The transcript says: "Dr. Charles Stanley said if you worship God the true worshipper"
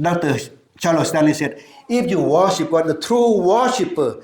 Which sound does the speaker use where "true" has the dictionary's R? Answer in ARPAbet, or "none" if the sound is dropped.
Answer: R